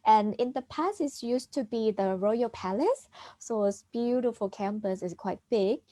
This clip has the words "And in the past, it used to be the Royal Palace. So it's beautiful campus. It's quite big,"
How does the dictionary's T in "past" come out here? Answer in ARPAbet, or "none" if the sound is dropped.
none